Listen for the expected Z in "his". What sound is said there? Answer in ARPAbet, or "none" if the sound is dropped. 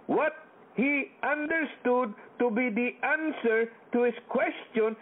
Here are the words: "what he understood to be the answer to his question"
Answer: S